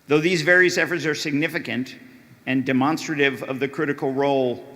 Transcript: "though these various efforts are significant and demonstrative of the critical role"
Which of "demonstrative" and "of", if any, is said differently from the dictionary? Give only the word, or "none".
none